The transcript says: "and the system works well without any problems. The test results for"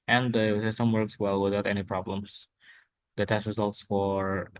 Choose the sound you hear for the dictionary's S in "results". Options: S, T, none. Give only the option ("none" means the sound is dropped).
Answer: S